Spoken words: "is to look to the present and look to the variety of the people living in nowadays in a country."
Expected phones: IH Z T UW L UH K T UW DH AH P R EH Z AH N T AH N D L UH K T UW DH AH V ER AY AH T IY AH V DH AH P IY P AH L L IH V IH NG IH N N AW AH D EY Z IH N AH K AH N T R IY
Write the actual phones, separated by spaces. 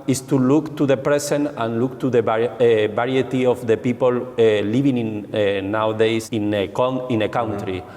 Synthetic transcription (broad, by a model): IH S T UW L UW K T UW DH AH P R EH S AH N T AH N L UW K T UW DH AH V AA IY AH T IY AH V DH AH P IY P AH L L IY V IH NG IH N N AW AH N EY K IH N AH K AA N T R IY